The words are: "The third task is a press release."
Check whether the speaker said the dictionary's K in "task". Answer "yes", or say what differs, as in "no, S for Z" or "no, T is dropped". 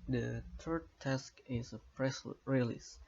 yes